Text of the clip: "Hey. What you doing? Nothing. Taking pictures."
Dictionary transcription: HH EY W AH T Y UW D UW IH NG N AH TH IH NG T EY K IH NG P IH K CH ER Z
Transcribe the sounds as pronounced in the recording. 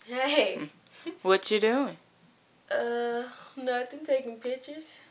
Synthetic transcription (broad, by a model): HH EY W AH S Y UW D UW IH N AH T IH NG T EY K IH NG P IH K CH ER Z